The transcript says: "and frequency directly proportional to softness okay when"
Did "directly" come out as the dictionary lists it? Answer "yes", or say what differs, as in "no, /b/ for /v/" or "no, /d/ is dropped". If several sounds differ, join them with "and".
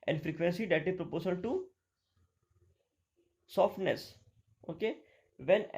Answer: no, /k/ is dropped and /l/ is dropped